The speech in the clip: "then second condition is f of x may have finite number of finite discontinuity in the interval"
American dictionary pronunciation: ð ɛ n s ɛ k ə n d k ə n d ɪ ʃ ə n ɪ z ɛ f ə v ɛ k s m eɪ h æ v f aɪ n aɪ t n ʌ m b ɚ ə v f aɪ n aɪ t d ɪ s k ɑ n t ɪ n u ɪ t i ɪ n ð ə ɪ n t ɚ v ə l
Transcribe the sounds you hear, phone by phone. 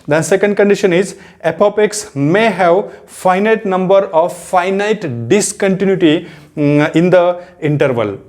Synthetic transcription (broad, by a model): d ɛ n s ɛ k ə n d k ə n d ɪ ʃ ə n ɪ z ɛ p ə p ɛ k s m eɪ h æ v f aɪ n aɪ t n ʌ m b ɚ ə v f aɪ n aɪ t d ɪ s k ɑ n t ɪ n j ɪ t i ɪ n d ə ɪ n t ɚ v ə l